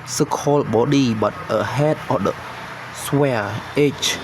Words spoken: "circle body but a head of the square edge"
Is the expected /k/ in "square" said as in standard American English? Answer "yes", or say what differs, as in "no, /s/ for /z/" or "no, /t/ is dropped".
no, /k/ is dropped